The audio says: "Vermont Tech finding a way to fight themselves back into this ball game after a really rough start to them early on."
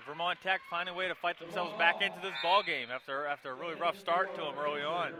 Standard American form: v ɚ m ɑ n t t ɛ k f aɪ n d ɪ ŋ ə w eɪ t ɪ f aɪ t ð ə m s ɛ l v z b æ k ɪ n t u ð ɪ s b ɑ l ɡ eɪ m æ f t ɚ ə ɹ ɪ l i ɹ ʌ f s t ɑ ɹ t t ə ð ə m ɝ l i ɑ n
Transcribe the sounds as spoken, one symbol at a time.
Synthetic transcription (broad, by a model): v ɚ m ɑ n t t ɛ k f aɪ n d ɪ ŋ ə w eɪ t ɪ f aɪ t ð ə m s ɛ l v z b æ k ɪ n t u ð ɪ s b ɑ l ɡ eɪ m æ f t ɚ ə ɹ ɪ l i ɹ ʌ f s t ɑ ɹ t t ə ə m ɝ l i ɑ n